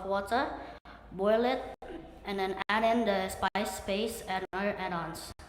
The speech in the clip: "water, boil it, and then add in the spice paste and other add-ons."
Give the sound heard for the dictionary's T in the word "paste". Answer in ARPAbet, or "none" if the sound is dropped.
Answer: none